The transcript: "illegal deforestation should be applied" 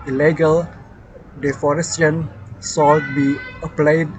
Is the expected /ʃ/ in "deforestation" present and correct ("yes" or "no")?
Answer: no